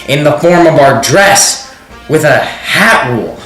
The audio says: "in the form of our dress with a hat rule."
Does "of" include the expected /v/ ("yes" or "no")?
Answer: yes